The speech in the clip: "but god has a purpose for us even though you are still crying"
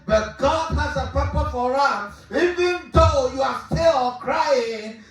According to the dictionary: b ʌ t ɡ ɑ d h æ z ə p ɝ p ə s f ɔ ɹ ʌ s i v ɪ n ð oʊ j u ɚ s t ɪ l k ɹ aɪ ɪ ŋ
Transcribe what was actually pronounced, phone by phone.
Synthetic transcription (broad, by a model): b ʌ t ɡ ɑ d h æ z ə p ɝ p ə f ɔ ɹ ʌ s i v ɪ n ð oʊ j u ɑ s t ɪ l k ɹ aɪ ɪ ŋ